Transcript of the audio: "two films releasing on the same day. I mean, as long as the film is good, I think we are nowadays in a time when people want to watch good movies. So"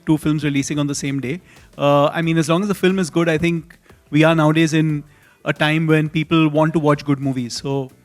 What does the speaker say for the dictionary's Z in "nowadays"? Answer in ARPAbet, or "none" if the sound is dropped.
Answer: Z